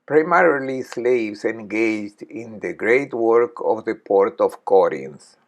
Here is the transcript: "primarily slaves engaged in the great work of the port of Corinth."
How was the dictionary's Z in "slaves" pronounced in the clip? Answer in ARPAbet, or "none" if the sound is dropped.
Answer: S